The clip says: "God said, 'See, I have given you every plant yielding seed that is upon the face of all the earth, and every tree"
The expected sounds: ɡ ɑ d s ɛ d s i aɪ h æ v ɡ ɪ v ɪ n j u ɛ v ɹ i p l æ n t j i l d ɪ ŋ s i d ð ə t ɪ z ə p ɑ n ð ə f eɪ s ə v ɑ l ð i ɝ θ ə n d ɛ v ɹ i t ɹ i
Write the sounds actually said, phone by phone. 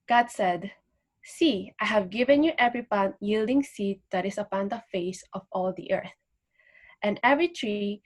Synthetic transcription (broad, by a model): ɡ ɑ d s ɛ d s i aɪ h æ v ɡ ɪ v ɪ n j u ɛ v ɹ i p ɑ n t j i l d ɪ ŋ s i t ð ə t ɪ s ə p ɑ n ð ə f eɪ s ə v ɑ l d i ɝ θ ə n d ɛ v ɹ i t ɹ i